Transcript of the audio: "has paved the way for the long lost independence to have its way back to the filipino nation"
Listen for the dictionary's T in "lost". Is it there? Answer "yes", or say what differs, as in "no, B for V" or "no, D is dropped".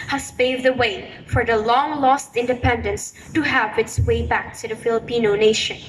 yes